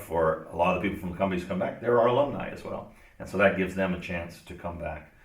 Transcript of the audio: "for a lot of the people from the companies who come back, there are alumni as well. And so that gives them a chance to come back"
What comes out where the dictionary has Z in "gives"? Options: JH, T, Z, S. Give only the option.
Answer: Z